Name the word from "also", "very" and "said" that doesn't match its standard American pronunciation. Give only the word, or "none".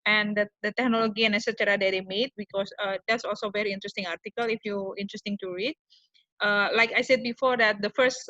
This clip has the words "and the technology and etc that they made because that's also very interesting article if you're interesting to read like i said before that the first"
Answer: none